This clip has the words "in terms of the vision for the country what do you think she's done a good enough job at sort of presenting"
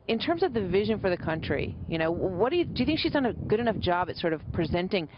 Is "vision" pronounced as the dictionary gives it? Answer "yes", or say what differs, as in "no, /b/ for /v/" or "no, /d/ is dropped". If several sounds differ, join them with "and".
yes